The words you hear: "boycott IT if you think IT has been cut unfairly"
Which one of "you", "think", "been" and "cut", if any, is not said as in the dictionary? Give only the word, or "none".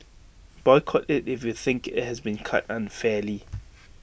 none